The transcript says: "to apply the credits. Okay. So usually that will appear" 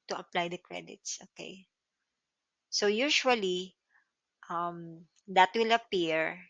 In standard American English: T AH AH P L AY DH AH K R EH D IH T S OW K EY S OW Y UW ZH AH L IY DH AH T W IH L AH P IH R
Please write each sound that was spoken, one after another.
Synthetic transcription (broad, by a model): T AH AH P L AY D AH K R EH D IH T S OW K EY S OW Y UW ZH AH L IY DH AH T W IH L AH P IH R